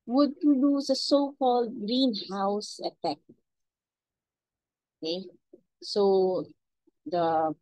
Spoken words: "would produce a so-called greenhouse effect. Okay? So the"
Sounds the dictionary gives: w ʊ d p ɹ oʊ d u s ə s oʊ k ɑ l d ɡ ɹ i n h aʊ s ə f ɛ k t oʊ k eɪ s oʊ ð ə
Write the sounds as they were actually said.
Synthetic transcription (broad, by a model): w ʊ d p ɹ oʊ d u s ə s oʊ k ɑ l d ɡ ɹ i n h aʊ s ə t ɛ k oʊ k eɪ s oʊ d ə